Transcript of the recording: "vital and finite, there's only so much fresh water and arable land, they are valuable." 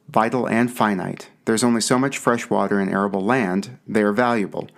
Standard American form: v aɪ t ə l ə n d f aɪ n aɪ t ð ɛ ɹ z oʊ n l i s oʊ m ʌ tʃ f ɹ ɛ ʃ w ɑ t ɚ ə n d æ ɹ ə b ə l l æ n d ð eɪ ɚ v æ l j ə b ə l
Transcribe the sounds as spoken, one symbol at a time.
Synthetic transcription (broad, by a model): v aɪ t l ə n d f aɪ n aɪ t ð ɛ ɹ z oʊ n l i s oʊ m ʌ tʃ f ɹ ɛ ʃ w ɑ t ɚ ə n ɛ ɹ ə b l l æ n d ð eɪ ɚ v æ l j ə b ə l